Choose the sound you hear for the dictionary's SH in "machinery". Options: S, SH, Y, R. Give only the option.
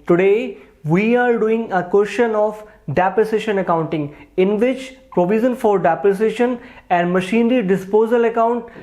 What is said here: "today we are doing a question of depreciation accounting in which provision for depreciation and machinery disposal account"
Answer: SH